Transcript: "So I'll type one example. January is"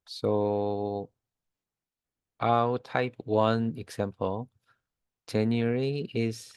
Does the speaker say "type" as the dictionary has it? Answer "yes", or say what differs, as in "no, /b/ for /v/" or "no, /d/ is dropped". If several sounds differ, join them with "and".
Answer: yes